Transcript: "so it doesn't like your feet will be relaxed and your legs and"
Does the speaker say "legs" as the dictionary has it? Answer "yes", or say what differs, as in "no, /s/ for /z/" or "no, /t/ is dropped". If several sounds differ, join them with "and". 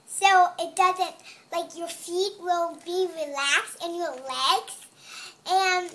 no, /s/ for /z/